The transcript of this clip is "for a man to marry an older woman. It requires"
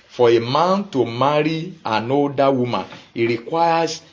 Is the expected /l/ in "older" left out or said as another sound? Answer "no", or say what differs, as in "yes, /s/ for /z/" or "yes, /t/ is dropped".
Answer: yes, /l/ is dropped